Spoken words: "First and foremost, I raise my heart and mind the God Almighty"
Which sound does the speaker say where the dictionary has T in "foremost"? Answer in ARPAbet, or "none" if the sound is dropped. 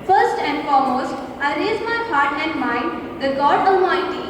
T